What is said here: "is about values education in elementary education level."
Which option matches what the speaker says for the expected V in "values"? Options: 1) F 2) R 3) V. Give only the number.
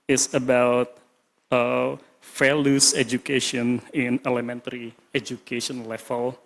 1